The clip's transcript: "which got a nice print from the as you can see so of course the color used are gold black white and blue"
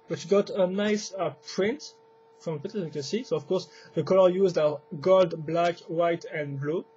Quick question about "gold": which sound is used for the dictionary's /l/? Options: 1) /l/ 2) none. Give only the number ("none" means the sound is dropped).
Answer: 1